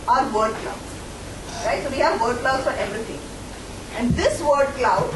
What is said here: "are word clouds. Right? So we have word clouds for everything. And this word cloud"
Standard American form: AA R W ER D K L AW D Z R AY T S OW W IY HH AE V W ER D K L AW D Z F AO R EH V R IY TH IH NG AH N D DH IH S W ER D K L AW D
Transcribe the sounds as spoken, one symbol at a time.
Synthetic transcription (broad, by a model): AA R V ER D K L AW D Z R AY T S OW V IY HH AE V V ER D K L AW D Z F AO R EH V R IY T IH NG AH N D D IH S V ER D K L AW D